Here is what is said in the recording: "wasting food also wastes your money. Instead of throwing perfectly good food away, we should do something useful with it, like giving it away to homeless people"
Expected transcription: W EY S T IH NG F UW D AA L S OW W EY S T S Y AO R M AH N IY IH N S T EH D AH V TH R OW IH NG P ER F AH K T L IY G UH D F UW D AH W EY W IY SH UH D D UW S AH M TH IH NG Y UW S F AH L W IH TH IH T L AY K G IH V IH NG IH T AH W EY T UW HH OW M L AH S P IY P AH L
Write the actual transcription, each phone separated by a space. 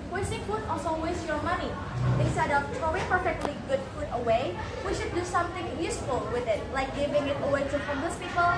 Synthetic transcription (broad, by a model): W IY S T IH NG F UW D AA L S OW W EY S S Y AO R M AH N IY IH N S T EH D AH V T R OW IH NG P ER F AH K T L IY G UH D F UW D AH W EY W IY SH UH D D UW S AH M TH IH NG Y UW S F AH L W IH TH IH T L AY K G IH V IH NG IH T AH W EY T UW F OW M AH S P IY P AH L